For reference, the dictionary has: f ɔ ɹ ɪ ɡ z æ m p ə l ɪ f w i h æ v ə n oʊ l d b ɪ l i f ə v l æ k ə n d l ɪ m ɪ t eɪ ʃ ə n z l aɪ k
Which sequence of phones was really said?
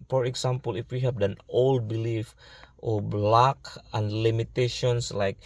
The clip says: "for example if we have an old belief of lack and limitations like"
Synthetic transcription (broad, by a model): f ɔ ɹ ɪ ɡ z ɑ m p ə l ɪ f w i h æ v ə n oʊ l d b ɪ l i f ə b l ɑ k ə n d l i m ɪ t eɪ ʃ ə n s l aɪ k